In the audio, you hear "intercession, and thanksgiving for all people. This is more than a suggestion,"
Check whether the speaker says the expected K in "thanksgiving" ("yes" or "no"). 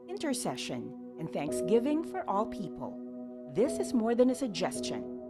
yes